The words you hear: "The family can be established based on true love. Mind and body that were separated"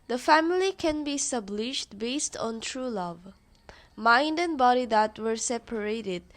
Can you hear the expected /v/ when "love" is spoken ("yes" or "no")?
yes